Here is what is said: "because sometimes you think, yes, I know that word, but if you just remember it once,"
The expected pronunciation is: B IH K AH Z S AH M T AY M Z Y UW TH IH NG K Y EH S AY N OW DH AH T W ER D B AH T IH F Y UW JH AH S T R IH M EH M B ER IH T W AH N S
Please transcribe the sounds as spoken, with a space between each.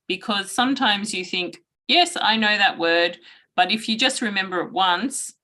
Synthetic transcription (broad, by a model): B IH K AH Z S AH M T AY M Z Y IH TH IH NG K Y EH S AY N OW DH AH T W ER D B AH T IH F Y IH JH AH S T R IH M EH M B ER IH T W AH N S